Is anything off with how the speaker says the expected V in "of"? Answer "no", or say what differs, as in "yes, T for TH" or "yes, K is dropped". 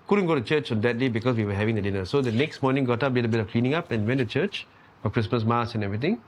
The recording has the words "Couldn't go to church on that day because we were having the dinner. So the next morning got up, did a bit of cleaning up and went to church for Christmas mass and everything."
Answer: yes, F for V